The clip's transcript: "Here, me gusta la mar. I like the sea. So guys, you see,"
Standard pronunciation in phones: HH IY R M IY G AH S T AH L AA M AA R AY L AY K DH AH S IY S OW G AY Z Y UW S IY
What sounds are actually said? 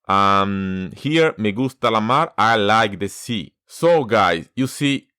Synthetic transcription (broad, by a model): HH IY R M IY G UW S T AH L AA M AA R AY L AY K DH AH S IY S OW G AY S Y UW S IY